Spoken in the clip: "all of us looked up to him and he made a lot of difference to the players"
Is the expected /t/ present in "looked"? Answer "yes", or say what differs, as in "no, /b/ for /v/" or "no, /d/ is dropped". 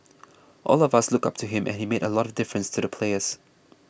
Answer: no, /t/ is dropped